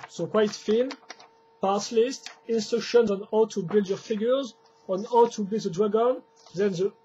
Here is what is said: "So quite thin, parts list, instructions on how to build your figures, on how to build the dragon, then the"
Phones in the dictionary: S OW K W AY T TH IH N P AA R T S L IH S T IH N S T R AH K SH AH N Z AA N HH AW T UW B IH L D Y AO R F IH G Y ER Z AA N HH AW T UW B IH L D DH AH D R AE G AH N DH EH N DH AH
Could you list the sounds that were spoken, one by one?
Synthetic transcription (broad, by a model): S OW K W AY T F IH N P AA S L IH S T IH N S T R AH K SH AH N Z AA N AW T UW B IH L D Y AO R F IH G Y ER Z AA N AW T UW B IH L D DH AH D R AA G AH N DH EH N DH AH